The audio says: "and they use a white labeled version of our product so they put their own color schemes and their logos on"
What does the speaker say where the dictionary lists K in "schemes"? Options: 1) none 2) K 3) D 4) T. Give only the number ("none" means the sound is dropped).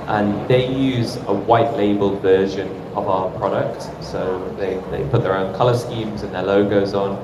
2